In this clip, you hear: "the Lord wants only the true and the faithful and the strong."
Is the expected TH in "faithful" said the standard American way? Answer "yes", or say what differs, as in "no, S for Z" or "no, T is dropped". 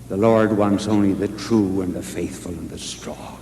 yes